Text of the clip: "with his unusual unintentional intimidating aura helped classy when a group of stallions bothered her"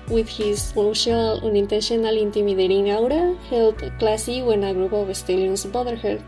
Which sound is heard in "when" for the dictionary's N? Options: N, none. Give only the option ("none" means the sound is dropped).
N